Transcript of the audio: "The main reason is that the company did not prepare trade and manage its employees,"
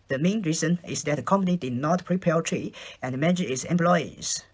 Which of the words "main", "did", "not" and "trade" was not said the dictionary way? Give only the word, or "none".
trade